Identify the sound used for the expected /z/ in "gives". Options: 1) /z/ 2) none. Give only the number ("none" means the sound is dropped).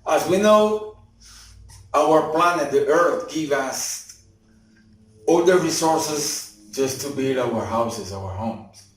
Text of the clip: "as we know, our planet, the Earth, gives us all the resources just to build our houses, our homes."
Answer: 2